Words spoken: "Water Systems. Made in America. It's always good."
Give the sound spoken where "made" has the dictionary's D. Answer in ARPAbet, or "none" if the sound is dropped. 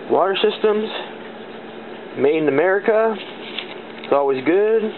none